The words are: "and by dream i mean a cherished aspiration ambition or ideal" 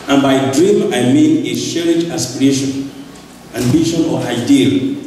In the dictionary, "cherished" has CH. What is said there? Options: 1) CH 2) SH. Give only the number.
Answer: 2